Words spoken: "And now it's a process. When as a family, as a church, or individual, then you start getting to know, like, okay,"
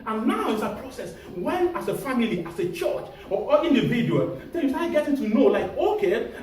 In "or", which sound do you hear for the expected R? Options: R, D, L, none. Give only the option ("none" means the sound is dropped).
L